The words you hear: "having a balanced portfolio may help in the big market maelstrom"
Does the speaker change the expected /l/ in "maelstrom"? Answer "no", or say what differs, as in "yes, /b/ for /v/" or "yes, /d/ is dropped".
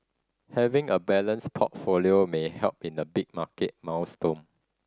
yes, /w/ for /l/